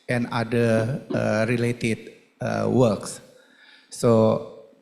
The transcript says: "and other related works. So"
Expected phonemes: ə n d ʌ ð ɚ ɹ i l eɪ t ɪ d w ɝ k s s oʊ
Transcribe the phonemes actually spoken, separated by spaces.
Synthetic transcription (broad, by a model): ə n d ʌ ɚ ɹ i l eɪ t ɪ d w ɝ k s s oʊ